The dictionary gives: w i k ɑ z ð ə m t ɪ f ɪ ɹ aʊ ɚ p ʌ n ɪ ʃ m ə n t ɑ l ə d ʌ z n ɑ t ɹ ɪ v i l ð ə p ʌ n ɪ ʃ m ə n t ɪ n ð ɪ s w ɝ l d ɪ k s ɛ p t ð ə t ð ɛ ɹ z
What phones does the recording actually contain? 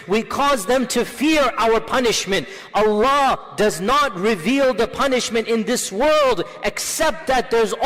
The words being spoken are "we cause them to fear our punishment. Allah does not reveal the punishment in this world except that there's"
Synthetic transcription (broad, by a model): w i k ɑ z ð ə m t ɪ f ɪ ɹ aʊ ɚ p ʌ n ɪ ʃ m ə n t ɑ l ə d ʌ z n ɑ t ɹ ɪ v i l ð ə p ʌ n ɪ ʃ m ə n t ɪ n ð ɪ s w ɝ l d ɪ k s ɛ p t ð ə t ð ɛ ɹ z